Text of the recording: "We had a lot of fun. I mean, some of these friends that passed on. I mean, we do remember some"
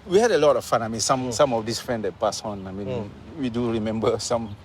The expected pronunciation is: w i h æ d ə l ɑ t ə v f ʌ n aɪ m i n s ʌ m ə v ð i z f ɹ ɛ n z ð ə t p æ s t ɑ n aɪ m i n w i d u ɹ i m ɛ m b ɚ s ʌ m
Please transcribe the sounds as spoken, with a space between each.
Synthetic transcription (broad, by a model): w i h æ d ə l ɑ t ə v f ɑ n aɪ m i n s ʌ m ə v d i s f ɹ ɛ n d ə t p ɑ s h ɑ n aɪ m i n w i d u ɹ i m ɛ m b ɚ s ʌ m